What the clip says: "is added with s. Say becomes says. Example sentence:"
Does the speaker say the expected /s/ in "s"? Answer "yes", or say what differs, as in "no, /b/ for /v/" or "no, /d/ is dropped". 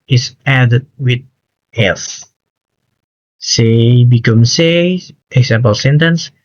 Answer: no, /θ/ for /s/